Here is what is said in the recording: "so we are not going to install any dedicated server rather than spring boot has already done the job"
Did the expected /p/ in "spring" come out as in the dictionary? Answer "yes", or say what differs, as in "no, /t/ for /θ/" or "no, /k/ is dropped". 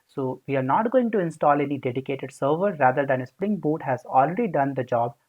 yes